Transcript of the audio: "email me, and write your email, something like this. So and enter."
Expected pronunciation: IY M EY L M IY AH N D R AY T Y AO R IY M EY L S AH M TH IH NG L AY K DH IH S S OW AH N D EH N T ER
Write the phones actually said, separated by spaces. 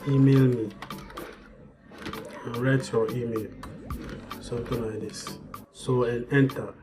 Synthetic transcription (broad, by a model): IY M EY L M IY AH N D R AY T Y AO IY M EY L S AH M T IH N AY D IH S S OW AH N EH N T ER